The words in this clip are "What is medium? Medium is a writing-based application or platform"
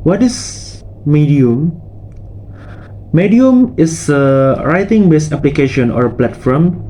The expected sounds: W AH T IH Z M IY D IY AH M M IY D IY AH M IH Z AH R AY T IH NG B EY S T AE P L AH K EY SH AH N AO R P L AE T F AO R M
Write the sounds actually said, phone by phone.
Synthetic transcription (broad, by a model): W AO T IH S M IY D IY AH M M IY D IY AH M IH S AH R AY T IH NG B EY S AE P L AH K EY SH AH N AO R P L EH T F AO M